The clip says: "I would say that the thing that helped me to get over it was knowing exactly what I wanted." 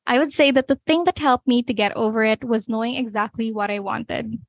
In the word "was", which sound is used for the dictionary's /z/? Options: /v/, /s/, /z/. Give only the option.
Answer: /z/